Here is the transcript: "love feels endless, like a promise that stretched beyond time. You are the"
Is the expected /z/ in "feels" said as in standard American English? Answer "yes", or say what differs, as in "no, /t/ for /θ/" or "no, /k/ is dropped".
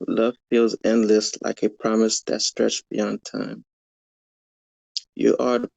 yes